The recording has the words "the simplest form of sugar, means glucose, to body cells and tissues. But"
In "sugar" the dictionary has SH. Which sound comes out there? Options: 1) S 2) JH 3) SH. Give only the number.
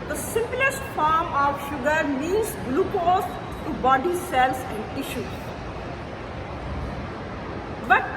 3